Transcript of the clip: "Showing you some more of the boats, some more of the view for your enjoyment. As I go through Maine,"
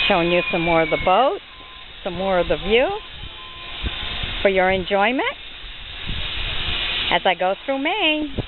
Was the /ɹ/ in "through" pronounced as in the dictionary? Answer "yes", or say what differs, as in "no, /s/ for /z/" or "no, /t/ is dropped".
yes